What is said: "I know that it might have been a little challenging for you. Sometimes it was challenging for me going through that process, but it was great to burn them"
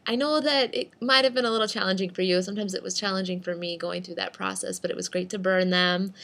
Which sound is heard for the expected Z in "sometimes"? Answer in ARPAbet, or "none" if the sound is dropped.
Z